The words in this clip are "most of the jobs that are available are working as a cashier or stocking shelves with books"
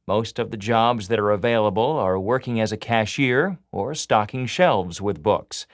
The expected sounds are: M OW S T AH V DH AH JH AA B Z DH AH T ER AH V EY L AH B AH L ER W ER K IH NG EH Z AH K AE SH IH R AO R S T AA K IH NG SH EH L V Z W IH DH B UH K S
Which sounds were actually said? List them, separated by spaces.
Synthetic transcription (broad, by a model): M OW S T AH V DH AH JH AA B Z DH AH T ER AH V EY L AH B AH L ER W ER K IH NG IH Z AH K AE SH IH R AO R S T AA K IH NG SH EH L V Z W IH DH B UH K S